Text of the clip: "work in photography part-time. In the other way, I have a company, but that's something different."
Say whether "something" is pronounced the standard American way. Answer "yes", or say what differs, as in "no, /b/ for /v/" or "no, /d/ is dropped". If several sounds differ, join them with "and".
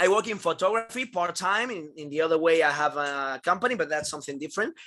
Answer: yes